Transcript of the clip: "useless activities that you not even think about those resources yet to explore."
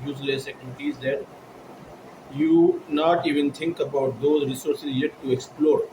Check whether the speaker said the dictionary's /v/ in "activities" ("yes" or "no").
no